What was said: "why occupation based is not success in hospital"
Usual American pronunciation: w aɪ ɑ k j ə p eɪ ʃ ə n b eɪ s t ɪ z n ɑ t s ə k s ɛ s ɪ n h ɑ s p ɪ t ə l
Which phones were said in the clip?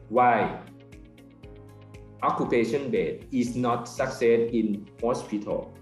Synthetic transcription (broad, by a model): w aɪ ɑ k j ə p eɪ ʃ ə n b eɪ t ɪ s n ɑ t s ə k s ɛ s ɪ n h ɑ s p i t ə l